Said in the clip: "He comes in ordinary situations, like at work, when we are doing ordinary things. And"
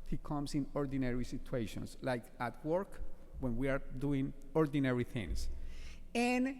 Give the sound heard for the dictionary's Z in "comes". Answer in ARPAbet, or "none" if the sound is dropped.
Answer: S